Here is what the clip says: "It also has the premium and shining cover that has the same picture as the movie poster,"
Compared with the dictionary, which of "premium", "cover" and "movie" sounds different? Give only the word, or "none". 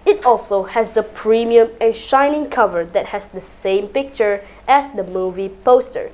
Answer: none